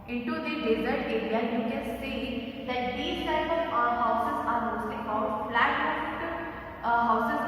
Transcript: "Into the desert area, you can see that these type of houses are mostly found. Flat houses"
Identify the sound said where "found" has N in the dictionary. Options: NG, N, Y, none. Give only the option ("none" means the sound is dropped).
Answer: none